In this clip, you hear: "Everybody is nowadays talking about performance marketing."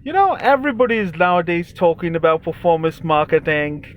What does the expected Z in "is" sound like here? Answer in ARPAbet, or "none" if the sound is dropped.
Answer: Z